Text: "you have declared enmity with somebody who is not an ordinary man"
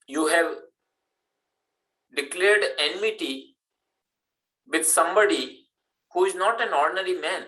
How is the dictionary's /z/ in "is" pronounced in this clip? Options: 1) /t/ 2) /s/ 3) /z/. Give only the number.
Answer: 3